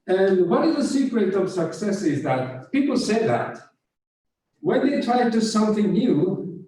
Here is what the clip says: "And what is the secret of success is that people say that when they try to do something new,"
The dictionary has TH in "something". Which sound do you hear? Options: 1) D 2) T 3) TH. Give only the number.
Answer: 3